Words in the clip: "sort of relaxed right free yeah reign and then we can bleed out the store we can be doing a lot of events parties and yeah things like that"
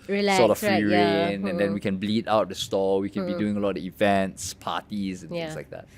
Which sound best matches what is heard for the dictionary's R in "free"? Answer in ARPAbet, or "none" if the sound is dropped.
none